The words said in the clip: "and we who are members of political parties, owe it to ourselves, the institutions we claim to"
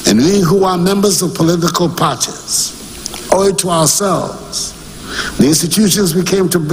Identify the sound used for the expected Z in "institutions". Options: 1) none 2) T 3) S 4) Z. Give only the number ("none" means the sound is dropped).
4